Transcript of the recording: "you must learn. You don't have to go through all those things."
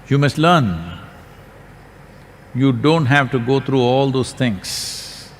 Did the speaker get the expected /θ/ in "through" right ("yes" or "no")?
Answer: no